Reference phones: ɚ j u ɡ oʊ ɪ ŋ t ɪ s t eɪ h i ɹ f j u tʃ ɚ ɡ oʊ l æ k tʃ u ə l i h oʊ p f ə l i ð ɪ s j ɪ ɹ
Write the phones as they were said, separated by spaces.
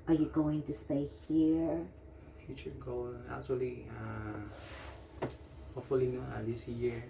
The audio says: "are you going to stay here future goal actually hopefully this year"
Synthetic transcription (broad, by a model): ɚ j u ɡ oʊ ɪ ŋ t ɪ s t eɪ h i ɹ f j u tʃ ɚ ɡ oʊ l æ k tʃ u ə l i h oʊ f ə l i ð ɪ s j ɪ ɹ